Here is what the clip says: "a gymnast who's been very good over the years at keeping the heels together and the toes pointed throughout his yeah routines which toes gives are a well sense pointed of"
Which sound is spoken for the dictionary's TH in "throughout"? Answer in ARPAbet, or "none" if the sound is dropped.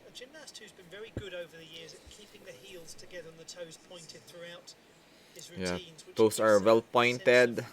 TH